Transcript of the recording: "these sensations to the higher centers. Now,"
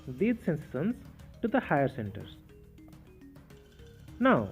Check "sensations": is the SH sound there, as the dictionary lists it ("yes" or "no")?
no